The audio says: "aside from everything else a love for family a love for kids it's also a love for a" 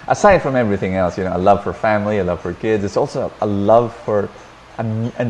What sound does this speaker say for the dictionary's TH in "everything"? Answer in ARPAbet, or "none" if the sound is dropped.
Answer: TH